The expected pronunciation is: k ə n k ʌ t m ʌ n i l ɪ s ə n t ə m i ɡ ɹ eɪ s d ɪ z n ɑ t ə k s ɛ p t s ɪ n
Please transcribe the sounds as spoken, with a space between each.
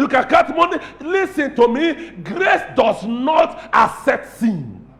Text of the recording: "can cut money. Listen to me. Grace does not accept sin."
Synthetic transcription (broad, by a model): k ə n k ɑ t m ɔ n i l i s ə n t ə m i ɡ ɹ eɪ s d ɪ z n ɑ t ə s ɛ t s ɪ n